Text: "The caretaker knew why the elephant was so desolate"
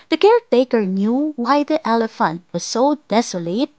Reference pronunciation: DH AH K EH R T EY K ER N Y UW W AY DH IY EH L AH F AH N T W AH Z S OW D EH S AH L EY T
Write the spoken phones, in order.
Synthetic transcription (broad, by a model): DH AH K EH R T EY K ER N Y UW W AY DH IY EH L AH F AH N T W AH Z S OW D EH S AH L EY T